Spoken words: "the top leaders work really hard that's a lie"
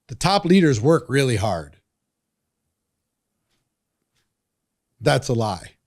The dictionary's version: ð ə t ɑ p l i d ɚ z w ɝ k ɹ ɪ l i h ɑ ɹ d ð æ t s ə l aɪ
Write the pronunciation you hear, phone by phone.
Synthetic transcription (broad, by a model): ð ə t ɑ p l i d ɚ z w ɝ k ɹ ɪ l i h ɑ ɹ d ð æ t s ə l aɪ